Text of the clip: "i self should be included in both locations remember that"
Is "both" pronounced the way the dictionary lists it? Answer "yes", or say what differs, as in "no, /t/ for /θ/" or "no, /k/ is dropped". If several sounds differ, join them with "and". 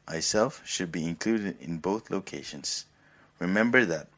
yes